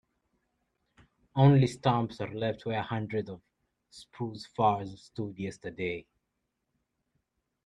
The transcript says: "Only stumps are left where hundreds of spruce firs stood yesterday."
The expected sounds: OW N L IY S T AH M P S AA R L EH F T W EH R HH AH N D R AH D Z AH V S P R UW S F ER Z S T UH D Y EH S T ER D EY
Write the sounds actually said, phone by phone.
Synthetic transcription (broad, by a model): OW N L IY S T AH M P S AA R L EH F T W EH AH HH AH N D R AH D AH V S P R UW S F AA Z S T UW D Y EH S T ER D EY